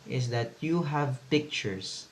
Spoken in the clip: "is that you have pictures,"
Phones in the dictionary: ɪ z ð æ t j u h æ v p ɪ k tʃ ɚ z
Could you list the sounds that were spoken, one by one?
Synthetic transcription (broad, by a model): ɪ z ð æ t j u h æ v p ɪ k tʃ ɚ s